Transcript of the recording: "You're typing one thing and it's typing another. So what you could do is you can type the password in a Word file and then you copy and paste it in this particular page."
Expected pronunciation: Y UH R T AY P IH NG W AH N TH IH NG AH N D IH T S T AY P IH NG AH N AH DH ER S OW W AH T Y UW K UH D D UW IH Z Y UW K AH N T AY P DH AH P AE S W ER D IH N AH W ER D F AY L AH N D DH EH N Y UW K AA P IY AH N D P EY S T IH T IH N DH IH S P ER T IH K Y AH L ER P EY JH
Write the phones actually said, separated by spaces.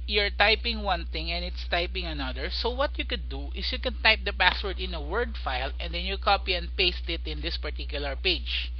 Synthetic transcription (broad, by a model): Y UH R T AY P IH NG W AH N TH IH NG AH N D IH T S T AY P IH NG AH N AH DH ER S OW W AH T Y UW K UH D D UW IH S Y UW K AH N T AY P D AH P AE S W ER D IH N AH W ER D F AY L AH N D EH N Y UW K AA P IY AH N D P EY S T IH T IH N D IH S P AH T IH K Y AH L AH P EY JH